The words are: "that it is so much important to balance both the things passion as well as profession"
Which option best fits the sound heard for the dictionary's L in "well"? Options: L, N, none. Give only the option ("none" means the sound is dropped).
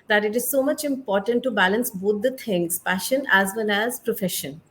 N